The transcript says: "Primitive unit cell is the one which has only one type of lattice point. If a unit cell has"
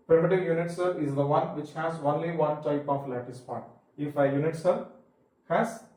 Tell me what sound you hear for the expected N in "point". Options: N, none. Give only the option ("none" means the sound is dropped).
none